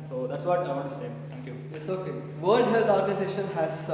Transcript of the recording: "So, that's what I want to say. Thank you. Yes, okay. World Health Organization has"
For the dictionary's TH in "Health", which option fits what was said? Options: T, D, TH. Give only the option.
T